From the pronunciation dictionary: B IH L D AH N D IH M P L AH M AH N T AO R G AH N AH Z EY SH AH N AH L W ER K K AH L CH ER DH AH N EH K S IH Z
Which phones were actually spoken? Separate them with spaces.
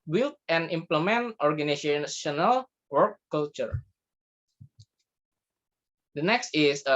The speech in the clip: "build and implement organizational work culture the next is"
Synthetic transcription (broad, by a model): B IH L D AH N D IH M P L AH M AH N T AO R G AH N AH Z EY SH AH N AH L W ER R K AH L CH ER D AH N EH K S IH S